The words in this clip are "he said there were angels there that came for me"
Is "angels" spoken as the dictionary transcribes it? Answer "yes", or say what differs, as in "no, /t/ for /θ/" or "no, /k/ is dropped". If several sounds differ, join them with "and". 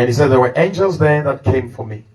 yes